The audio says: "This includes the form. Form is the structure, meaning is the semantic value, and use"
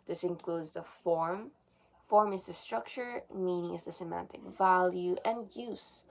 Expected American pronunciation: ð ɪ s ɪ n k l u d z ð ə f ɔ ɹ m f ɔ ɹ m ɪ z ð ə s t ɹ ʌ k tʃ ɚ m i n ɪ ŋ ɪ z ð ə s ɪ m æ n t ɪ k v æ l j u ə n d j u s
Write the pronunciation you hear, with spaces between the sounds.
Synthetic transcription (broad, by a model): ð ɪ s ɪ n k l u d z ð ə f ɔ ɹ m f ɔ ɹ m ɪ z ð ə s t ɹ ʌ k tʃ ɚ m i n ɪ ŋ ɪ z ð ə s ɪ m æ n t ɪ k v æ l j u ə n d j u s